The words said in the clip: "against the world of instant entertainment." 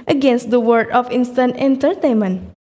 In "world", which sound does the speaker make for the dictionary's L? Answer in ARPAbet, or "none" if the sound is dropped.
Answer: none